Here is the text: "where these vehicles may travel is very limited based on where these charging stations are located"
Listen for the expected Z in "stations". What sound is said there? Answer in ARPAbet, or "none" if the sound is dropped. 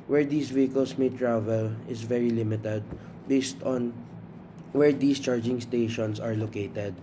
S